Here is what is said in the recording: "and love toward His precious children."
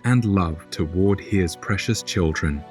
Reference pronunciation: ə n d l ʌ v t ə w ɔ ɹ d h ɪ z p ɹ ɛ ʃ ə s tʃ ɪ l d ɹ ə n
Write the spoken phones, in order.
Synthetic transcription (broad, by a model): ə n l ʌ v t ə w ɔ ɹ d h ɪ z p ɹ ɛ ʃ ə s tʃ ɪ l d ɹ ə n